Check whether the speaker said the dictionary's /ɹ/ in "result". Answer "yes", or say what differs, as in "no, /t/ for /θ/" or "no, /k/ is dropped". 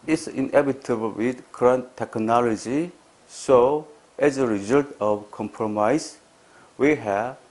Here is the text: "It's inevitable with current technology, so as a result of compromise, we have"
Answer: yes